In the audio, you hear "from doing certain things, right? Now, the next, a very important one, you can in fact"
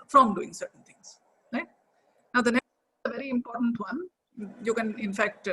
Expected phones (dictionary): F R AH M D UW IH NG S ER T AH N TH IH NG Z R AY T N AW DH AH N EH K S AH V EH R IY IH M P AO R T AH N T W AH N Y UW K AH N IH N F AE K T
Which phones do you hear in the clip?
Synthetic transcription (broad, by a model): F R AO M D UW IH NG S ER T AH N T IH NG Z R AY T N AW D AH N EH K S AH V EH R IY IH M P AO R T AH N T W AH N Y UW K AH N IH N F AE K T